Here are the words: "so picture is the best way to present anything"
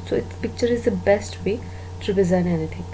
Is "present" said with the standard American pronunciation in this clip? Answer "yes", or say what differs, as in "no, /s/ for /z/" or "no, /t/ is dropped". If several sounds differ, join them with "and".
no, /t/ is dropped